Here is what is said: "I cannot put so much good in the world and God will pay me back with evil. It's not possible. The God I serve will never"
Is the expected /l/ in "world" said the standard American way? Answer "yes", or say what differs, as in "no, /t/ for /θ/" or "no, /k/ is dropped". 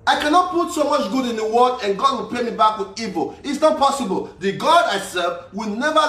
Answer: no, /l/ is dropped